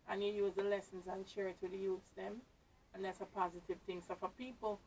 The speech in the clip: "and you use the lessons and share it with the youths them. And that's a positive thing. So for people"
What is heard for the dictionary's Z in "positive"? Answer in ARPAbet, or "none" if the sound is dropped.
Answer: Z